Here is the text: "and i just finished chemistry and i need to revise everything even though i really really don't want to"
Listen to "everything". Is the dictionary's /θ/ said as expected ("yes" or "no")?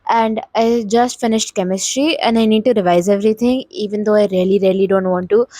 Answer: no